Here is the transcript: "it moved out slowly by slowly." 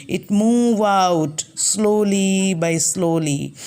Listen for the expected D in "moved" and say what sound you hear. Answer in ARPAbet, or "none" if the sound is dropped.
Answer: none